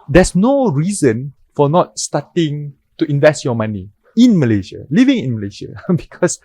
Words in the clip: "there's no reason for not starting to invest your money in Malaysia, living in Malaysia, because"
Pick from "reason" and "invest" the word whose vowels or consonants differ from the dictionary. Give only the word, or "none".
none